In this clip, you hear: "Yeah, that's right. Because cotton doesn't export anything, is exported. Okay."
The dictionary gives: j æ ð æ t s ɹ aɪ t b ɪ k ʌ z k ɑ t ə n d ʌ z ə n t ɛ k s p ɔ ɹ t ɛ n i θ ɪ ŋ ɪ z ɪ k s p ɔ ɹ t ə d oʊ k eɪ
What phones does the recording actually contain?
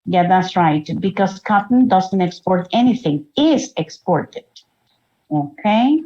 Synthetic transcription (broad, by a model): j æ ð æ t s ɹ aɪ t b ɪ k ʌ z k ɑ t n d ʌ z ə n t ɛ k s p ɔ ɹ t ɛ n i θ ɪ ŋ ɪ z ɪ k s p ɔ ɹ t ə d oʊ k eɪ